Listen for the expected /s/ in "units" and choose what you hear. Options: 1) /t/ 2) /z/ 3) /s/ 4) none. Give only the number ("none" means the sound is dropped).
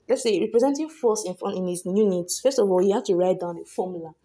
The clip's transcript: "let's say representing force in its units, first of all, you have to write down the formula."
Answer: 3